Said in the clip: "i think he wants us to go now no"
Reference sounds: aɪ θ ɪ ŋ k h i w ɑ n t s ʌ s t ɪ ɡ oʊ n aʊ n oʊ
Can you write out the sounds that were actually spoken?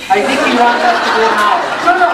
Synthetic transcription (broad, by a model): aɪ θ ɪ ŋ k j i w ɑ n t ʌ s t ɪ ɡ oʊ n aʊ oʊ